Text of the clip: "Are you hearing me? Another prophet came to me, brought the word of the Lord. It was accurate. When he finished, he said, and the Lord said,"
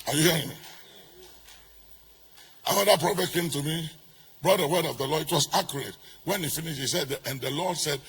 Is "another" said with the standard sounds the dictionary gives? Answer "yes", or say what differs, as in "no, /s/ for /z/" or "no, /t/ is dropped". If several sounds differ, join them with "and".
no, /n/ is dropped